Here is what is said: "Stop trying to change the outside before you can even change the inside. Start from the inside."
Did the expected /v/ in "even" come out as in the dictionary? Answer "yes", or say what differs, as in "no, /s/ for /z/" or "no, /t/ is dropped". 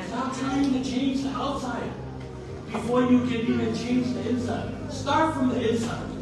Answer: no, /v/ is dropped